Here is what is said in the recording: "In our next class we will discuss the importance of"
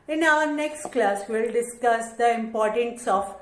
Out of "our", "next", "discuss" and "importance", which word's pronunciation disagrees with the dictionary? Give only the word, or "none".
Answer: none